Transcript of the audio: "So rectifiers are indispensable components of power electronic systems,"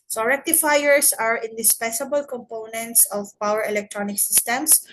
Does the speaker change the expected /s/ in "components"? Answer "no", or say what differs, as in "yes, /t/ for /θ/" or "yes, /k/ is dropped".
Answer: no